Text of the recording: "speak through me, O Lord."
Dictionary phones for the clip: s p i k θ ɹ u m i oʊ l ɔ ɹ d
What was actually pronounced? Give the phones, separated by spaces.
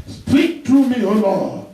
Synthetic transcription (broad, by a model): s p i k t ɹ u m i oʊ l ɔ